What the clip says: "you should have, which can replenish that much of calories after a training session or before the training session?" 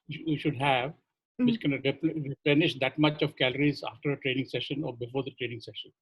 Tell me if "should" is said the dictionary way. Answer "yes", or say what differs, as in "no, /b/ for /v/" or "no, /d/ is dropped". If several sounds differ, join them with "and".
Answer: yes